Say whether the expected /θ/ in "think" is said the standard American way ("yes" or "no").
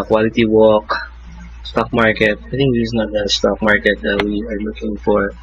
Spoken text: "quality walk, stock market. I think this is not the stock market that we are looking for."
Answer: no